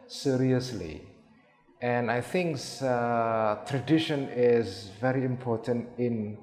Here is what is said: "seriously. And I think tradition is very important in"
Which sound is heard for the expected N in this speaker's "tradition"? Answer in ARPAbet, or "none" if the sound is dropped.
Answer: N